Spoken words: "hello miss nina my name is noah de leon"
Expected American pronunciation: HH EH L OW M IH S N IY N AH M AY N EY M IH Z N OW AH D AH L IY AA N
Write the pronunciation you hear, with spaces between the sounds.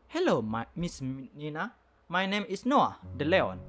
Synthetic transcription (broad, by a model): HH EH L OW M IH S N IY N AH M AY N EY M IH S N OW AH D AH L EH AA N